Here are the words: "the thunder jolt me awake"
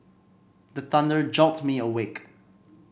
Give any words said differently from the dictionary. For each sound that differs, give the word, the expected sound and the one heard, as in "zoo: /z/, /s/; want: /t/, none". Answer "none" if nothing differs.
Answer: none